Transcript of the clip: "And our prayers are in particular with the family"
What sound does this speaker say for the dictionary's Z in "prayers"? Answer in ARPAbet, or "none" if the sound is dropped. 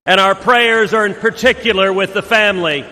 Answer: Z